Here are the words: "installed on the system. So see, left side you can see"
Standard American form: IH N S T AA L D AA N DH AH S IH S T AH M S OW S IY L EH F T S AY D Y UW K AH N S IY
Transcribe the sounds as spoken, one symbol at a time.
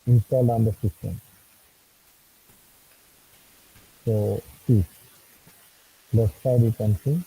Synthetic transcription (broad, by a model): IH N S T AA L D AA N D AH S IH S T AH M S OW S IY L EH T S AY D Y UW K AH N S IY